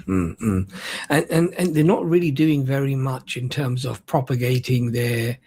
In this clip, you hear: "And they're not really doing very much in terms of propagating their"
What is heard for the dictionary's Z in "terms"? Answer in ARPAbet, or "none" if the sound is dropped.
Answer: Z